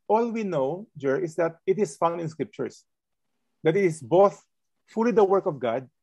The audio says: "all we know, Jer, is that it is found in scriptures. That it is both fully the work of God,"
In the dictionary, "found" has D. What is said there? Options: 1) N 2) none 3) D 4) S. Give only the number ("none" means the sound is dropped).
2